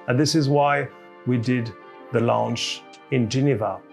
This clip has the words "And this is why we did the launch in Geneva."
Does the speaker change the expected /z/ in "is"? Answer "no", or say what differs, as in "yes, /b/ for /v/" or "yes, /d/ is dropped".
no